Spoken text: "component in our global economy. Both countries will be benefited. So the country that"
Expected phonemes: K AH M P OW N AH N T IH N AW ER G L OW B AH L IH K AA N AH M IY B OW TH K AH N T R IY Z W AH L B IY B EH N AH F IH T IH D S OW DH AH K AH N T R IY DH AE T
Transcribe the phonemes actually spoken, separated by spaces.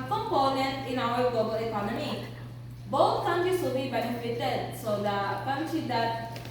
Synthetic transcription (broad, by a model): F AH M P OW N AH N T IH N AW ER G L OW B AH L IH K AA N AH M IY B OW T K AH N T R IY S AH B IY B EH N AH F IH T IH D S OW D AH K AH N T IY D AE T